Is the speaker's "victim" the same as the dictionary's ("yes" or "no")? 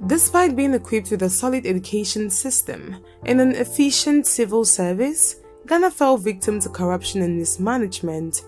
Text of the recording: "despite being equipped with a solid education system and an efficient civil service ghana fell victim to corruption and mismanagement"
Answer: yes